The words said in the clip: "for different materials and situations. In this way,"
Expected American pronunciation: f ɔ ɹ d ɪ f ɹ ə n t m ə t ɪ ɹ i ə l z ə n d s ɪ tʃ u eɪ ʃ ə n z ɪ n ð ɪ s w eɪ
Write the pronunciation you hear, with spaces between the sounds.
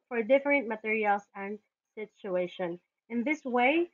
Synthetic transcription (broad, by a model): f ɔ ɹ d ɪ f ɹ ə n t m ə t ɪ ɹ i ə l s ə n d s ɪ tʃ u eɪ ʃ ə n ɪ n ð ɪ s w eɪ